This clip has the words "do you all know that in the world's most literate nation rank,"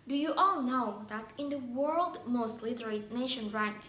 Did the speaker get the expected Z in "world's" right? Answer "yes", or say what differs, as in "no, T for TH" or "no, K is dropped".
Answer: no, Z is dropped